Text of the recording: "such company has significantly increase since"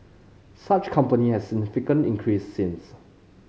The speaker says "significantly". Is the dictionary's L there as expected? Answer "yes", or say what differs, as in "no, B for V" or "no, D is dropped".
no, L is dropped